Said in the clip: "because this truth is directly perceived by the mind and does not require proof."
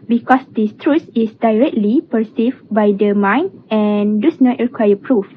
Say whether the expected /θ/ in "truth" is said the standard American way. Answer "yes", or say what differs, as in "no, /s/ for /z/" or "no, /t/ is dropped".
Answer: no, /s/ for /θ/